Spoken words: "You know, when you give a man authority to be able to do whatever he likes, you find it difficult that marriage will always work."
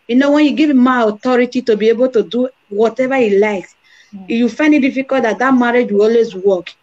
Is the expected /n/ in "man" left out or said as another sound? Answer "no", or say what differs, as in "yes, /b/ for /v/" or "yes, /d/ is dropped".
yes, /n/ is dropped